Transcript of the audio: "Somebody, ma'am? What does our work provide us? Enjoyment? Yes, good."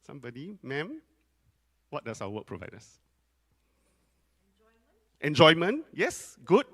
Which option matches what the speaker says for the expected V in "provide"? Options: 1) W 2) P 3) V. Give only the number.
3